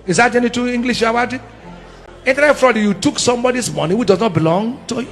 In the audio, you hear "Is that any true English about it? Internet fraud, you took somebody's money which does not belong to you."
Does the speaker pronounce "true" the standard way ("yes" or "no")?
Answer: no